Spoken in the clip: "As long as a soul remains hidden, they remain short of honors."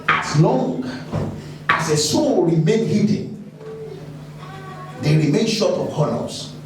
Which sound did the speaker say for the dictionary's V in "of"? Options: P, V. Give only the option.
P